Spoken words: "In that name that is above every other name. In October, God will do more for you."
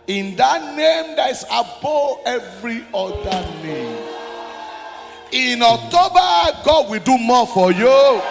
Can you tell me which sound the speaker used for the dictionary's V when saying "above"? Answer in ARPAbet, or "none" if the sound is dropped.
none